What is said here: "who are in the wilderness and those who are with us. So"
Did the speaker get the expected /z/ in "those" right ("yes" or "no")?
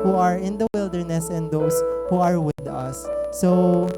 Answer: no